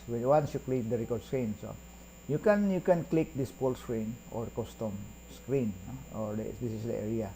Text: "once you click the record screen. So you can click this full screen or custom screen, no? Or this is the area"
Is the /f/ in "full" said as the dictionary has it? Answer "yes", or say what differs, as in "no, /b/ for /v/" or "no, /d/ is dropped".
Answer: no, /p/ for /f/